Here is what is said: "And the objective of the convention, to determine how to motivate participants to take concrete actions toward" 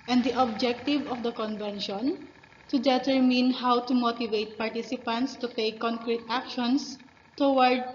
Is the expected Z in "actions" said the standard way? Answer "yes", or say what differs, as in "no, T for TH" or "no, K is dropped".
no, S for Z